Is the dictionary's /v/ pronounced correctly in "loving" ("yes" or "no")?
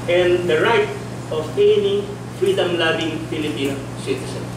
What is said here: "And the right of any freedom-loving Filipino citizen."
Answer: no